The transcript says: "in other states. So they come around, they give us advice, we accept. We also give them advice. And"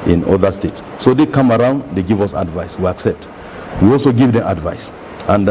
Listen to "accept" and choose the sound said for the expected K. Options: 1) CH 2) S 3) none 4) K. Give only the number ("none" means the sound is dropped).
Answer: 4